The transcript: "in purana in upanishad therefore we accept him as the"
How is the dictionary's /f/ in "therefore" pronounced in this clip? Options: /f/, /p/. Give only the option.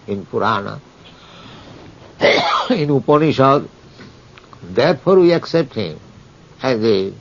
/p/